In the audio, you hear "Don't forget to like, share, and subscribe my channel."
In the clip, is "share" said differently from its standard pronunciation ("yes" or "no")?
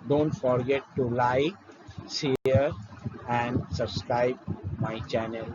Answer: yes